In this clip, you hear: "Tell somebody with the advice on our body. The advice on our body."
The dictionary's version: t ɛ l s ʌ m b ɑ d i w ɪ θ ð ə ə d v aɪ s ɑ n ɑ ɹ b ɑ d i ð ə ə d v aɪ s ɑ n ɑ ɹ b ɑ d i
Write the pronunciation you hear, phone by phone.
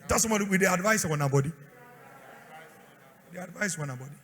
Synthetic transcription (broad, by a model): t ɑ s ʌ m ɑ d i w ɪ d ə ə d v aɪ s ɑ n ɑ b ɑ d i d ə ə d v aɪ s ɑ n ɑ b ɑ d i